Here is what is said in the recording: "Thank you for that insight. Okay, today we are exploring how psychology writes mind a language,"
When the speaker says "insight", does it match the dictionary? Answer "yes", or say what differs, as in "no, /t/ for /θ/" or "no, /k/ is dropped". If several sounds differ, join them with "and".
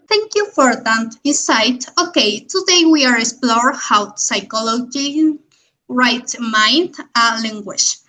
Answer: no, /n/ is dropped